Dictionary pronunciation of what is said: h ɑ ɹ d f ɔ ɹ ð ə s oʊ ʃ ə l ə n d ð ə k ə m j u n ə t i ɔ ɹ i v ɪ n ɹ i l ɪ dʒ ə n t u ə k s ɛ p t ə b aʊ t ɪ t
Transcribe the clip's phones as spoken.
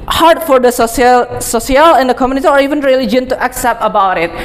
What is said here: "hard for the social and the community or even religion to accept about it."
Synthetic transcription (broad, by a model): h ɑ ɹ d f ɔ ɹ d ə s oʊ s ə l ə n d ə k ə m j u n ə t i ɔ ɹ i v ɪ n ɹ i l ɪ dʒ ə n t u ə k s ɛ p t ə b aʊ t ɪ t